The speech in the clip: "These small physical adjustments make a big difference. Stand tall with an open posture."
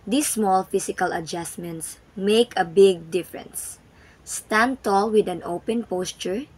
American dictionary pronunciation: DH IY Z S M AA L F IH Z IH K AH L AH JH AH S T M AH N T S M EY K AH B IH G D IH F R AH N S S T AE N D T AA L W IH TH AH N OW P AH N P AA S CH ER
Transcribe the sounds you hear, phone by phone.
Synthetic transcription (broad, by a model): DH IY S M AA L F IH S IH K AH L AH JH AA S M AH N T S M EY K AH B IH G D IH F R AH N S S T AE N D T AA L W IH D AH N OW P AH N P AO S CH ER